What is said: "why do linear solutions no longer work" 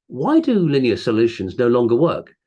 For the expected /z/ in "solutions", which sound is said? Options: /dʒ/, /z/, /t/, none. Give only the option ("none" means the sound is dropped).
/z/